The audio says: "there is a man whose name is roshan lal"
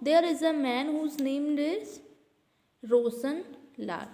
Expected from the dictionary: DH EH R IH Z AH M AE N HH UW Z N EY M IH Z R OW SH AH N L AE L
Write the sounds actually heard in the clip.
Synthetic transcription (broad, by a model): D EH R IH Z AH M AE N HH UW Z N EY M IH Z R OW S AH N L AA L